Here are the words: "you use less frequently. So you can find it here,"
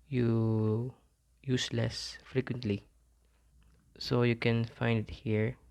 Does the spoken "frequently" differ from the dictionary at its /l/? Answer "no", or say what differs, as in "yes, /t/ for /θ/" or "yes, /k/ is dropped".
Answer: no